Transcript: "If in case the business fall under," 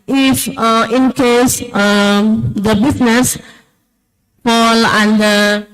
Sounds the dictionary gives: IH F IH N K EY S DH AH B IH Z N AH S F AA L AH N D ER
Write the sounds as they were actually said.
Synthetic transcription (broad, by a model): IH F IH N K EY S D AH B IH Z N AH S P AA L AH N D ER